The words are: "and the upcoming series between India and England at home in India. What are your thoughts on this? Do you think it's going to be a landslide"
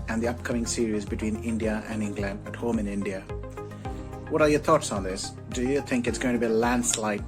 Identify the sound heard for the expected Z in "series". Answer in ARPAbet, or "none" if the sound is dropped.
Z